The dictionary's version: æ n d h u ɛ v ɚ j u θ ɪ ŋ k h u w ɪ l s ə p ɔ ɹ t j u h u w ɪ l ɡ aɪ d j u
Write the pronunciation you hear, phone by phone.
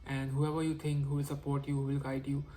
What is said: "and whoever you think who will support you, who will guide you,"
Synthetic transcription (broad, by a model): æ n d h u ɛ v ɚ j u t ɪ ŋ k h u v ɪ l s ə p ɔ ɹ t j u h u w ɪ l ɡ aɪ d j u